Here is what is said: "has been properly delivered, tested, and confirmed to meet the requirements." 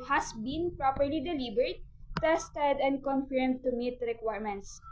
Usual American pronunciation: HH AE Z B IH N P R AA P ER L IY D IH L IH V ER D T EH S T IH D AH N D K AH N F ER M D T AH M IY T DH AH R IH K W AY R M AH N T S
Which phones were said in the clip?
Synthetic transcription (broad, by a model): HH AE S B IH N P R AA P ER L IY D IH L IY B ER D T EH S T IH D AH N D K AH N F ER M D T AH M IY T R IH K W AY R M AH N T S